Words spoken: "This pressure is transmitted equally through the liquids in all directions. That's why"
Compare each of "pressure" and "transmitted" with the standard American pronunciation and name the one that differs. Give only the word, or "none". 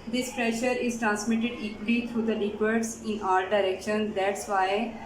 none